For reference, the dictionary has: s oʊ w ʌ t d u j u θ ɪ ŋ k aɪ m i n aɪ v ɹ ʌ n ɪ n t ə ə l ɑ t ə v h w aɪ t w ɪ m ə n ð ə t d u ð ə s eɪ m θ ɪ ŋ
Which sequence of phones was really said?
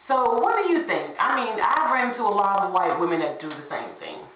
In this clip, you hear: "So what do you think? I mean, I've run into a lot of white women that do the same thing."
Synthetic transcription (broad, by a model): s oʊ w ʌ t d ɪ j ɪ θ ɪ ŋ k aɪ m i n aɪ b ɹ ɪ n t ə ə l ɑ t ə v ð w aɪ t w ɪ m ə n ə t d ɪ ð ə s eɪ m θ ɪ ŋ